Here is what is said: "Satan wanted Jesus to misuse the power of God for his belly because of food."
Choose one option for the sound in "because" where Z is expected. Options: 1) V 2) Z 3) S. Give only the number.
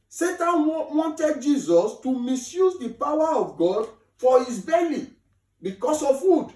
3